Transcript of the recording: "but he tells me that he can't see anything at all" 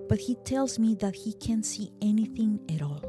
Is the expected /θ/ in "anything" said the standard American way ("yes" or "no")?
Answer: yes